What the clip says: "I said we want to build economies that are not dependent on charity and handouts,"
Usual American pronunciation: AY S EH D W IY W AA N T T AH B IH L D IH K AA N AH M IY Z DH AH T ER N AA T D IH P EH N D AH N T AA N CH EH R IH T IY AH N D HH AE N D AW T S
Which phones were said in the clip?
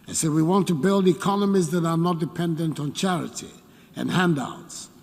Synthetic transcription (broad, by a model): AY S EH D W IY W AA N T T AH B IH L D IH K AA N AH M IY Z DH AH T ER N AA T D IH P EH N D AH N T N CH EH R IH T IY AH N HH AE N D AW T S